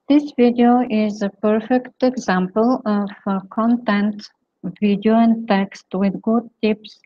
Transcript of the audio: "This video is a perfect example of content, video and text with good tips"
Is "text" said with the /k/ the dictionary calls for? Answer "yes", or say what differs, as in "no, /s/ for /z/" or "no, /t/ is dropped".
yes